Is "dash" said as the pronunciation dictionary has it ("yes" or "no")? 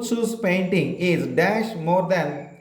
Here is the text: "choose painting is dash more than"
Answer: yes